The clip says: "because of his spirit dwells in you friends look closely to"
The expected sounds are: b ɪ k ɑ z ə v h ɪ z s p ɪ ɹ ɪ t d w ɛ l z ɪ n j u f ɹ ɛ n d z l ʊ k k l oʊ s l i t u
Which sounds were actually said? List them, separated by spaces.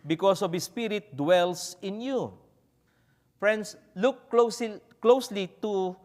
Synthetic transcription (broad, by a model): b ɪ k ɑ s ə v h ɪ s p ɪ ɹ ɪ t d w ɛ l s ɪ n j u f ɹ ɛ n d s l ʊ k k l oʊ s l i t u